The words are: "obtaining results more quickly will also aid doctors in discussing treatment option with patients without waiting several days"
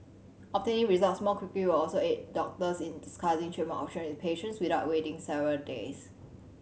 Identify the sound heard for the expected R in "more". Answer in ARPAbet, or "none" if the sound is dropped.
L